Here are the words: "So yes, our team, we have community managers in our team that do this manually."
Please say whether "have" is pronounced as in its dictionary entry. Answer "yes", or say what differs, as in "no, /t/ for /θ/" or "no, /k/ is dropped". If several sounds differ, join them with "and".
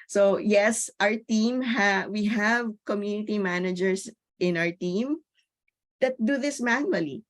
yes